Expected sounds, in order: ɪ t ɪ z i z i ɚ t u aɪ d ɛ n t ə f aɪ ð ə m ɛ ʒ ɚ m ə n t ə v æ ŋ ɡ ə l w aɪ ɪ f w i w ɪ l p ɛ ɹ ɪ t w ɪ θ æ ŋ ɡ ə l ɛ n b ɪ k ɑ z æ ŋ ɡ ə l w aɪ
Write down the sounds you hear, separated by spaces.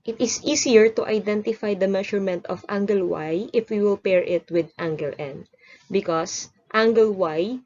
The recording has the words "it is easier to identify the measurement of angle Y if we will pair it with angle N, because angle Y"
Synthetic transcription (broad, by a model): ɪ t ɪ s i s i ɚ t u aɪ d ɛ n t ə f aɪ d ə m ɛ ʃ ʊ m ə n t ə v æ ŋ ɡ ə l w aɪ ɪ f w i w ɪ l p ɛ ɹ ɪ t w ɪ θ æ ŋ ɡ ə l ɛ n b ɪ k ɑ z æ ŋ ɡ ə l w aɪ